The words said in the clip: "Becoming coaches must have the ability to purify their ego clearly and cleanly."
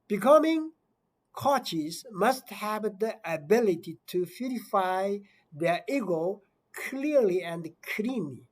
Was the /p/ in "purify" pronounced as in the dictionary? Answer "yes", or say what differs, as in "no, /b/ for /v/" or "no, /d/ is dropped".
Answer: no, /f/ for /p/